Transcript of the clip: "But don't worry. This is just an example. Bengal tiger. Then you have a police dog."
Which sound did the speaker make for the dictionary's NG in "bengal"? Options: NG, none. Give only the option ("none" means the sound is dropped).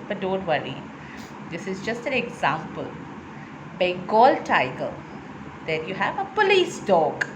none